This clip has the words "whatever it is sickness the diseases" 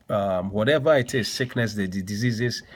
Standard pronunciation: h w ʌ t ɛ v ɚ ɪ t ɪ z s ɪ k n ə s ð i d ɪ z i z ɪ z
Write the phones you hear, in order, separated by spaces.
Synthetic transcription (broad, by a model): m w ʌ t ɛ v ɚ ɪ t ɪ z s ɪ k n ə s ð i d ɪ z i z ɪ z